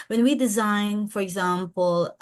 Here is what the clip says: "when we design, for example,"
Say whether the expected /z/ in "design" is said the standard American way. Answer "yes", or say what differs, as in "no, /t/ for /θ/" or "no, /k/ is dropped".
yes